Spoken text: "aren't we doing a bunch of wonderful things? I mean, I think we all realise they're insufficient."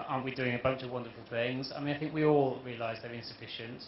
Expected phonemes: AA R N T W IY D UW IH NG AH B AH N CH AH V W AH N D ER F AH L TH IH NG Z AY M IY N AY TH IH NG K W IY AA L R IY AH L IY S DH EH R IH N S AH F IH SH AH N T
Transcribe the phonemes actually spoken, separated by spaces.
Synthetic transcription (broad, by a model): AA N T W IY D UW IH NG AH B AH N CH AH V W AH N D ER F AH L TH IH NG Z AY M IY N AY TH IH NG K W IY AA L R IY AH L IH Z DH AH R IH N S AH F IH SH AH N T